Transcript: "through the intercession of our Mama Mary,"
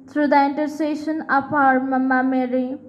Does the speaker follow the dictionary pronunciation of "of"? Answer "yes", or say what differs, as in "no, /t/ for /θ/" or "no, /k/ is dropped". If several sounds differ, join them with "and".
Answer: no, /p/ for /v/